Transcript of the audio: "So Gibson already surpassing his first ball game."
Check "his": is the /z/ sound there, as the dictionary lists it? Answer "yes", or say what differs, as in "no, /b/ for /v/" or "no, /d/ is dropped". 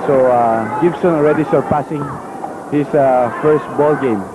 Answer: no, /s/ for /z/